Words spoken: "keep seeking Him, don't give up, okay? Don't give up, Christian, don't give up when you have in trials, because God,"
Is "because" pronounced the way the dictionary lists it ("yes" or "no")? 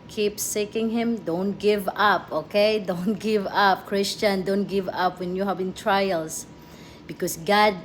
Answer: no